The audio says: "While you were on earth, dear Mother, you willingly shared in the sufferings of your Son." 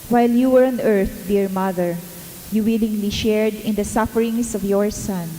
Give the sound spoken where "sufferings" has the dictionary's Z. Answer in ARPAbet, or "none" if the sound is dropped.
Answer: S